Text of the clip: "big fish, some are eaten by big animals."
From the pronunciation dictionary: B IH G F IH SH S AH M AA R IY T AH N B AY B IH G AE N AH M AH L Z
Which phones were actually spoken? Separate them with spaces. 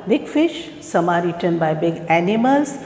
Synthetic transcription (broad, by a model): B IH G F IH SH S AH M AA R IY T AH N B AY B IH G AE N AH M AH L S